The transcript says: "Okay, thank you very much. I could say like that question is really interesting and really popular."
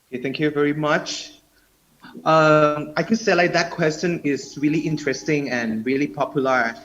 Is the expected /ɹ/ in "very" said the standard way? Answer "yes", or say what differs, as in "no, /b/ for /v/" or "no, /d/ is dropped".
yes